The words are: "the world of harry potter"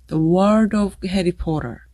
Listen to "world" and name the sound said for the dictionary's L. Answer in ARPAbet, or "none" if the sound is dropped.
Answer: none